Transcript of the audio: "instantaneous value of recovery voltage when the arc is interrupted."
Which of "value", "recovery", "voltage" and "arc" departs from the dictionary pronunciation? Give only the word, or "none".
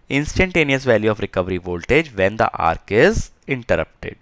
none